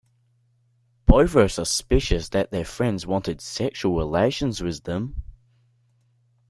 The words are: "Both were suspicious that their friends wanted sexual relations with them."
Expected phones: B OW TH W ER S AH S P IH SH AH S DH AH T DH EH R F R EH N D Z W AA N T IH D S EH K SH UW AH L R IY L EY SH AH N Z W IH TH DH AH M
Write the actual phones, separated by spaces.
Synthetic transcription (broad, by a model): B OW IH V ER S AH S P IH SH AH S DH AH T DH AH R F R EH N D Z W AA N T IH D S EH K SH UW AH L R IY L EY SH AH N Z W IH DH AH M